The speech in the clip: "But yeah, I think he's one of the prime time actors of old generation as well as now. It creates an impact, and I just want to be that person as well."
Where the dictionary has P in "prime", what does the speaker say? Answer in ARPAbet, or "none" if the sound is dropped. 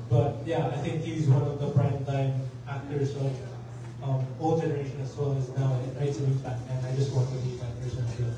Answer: F